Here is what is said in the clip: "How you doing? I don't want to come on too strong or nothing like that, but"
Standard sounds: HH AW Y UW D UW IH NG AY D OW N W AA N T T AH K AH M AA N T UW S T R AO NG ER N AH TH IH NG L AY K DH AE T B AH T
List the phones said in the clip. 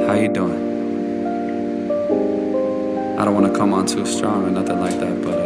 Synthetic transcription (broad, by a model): HH AW Y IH D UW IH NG AY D OW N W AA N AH K AH M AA N T UW S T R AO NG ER N AH TH IH NG L AY K DH AE T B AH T